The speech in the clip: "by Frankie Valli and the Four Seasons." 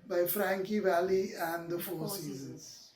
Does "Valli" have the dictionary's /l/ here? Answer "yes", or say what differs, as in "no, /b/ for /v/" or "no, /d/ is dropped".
yes